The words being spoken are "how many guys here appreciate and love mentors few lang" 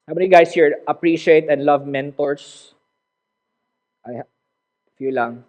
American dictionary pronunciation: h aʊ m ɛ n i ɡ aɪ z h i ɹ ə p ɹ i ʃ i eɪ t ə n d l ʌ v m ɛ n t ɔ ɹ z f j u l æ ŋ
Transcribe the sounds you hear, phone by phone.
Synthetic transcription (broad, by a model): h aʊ m ɛ n i ɡ aɪ s h i ɹ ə p ɹ i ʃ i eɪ t ə n d l ʌ v m ɛ n t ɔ ɹ s f j u l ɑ ŋ